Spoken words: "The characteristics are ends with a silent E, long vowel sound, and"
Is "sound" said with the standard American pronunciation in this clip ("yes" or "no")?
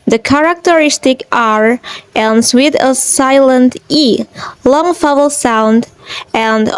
yes